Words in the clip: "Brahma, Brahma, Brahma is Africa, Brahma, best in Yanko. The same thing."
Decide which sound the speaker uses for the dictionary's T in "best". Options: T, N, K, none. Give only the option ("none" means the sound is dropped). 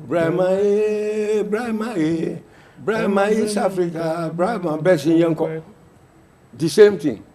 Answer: none